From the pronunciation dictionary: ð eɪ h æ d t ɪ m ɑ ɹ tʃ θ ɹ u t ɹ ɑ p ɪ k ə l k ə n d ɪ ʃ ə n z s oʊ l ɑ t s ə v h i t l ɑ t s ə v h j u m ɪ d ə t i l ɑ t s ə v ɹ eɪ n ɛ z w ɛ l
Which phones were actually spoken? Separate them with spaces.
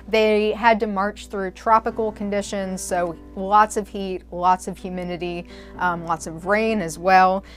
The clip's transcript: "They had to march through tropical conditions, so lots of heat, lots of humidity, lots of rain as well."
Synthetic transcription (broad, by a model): ð eɪ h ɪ d t ɪ m ɑ ɹ tʃ θ ɹ u t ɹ ɑ p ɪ k l k ə n d ɪ ʃ ə n z s oʊ l ɑ t s ə v h i t l ɑ t s ə v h j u m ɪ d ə t i l ɑ t s ə v ɹ eɪ n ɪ z w ɛ l